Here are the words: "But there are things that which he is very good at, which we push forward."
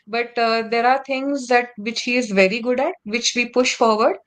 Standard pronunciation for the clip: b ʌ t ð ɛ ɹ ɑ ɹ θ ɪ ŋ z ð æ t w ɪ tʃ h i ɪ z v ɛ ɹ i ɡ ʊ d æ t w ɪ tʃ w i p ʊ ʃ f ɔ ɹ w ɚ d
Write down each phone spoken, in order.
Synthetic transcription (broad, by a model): b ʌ t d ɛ ɹ ɑ ɹ t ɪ ŋ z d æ t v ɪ tʃ h i ɪ z v ɛ ɹ i ɡ ʊ d æ t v ɪ tʃ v i p ʊ ʃ f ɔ ɹ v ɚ d